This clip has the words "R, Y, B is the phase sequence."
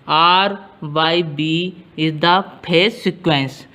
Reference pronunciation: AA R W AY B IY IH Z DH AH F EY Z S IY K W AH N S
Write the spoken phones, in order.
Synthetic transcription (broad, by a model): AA R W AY B IY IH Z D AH P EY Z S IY K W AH N S